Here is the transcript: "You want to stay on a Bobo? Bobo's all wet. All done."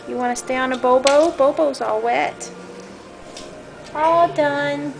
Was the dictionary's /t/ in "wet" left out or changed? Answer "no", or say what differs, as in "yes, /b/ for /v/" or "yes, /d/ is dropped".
no